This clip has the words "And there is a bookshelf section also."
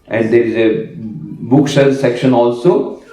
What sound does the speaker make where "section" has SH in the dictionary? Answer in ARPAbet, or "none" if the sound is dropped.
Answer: SH